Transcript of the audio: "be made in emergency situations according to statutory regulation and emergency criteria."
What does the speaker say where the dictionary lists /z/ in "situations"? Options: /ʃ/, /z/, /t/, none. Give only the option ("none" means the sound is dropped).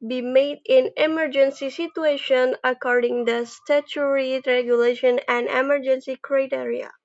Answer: none